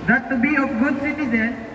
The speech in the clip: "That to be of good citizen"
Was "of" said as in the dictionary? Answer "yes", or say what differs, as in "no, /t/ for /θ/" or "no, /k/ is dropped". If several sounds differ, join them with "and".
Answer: no, /p/ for /v/